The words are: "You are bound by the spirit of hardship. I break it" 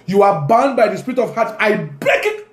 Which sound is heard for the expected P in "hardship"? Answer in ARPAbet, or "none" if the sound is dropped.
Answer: none